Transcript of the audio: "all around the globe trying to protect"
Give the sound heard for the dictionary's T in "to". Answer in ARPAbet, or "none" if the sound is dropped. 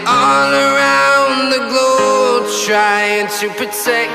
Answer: T